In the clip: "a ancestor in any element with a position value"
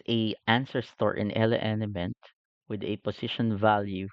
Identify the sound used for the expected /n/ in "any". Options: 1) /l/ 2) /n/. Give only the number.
1